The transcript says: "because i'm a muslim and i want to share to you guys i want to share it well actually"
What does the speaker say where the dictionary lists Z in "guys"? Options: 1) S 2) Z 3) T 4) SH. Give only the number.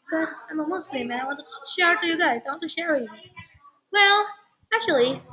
2